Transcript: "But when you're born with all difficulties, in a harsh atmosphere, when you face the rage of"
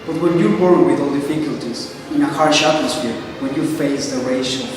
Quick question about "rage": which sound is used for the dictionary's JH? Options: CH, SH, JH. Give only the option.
SH